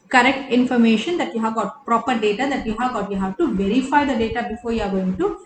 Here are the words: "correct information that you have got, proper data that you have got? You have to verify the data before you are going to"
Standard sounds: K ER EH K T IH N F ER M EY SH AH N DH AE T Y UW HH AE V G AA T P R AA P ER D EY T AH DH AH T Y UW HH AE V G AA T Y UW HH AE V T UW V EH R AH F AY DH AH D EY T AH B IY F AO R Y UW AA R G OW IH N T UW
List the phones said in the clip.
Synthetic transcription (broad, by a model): K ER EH K T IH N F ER M EY SH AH N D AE T Y UW HH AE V G AA T P R AA P ER D EY T AH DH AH T Y UW HH AE V G AA T Y UW HH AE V T UW V EH R AH F AY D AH D EY T AH B IY F AO R Y UW AA R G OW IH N T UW